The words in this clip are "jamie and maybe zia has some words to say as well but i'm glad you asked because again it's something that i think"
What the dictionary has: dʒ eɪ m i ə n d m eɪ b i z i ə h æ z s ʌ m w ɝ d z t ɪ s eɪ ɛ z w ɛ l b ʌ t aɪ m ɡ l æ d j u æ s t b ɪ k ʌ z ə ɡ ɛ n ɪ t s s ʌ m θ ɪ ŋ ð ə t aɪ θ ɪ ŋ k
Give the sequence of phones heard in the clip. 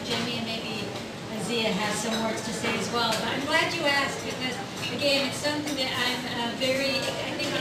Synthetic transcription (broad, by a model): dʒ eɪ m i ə n m eɪ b i z i ə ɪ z s ʌ m w ɝ d z t ɪ s eɪ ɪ z w ɛ l b ʌ t aɪ m ɡ l æ d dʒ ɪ æ s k b ɪ k ʌ z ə ɡ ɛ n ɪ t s s ʌ m θ ɪ ŋ ð ə t aɪ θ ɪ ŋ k